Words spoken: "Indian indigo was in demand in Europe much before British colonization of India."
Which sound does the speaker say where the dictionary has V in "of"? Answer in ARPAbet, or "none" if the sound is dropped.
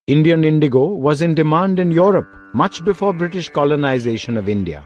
V